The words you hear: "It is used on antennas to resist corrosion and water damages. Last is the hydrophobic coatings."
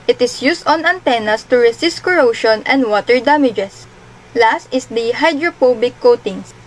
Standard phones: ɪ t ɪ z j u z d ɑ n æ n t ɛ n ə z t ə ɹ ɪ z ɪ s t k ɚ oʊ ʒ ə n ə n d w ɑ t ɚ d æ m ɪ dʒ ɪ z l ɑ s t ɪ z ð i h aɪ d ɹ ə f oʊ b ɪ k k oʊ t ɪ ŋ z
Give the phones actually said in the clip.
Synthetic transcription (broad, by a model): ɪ t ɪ s j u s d ɑ n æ n t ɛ n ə s t ə ɹ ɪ s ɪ s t k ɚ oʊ ʃ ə n ə n d w ɑ t ɚ d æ m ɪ dʒ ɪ s l ɑ s t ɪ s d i h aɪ d ɹ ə p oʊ b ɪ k k oʊ t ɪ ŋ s